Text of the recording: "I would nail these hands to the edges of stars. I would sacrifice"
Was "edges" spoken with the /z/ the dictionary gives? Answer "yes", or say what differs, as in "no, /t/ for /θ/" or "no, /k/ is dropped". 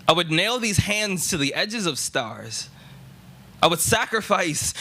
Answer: yes